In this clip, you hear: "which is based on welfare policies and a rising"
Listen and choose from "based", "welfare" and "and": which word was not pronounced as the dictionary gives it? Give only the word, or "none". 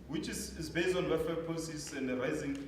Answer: welfare